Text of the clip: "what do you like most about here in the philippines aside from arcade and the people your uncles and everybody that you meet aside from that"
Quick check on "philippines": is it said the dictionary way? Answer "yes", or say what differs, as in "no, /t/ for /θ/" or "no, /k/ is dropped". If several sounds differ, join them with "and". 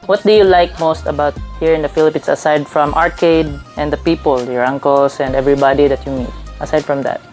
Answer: no, /s/ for /z/